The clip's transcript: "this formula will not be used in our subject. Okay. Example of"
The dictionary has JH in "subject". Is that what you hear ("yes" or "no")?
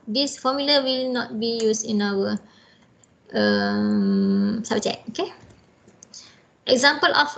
no